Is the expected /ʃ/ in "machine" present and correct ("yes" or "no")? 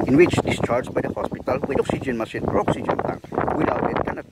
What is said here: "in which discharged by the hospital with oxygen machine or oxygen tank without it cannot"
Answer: no